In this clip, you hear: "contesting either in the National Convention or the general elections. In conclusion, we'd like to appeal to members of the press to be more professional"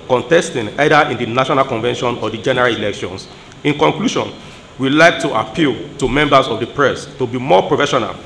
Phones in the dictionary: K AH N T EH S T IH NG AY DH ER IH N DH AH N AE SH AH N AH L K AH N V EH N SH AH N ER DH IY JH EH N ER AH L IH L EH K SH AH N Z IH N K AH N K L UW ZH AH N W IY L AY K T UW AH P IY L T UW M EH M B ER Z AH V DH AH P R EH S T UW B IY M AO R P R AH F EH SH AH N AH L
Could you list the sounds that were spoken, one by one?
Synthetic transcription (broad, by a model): K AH N T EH S T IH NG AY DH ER IH N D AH N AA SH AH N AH L K AH N V EH N SH AH N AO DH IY JH EH N ER AH L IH L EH K SH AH N S IH N K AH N K L UW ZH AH N W IY L AY K T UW AH P IY L T UW M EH M B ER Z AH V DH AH P R EH S T UW B IY M AO P R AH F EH SH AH N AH L